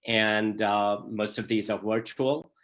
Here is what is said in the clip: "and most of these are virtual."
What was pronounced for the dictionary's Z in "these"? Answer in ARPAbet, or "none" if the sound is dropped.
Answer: Z